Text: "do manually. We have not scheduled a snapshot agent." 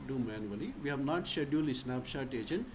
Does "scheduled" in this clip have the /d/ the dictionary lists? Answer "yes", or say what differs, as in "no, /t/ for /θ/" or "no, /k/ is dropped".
no, /d/ is dropped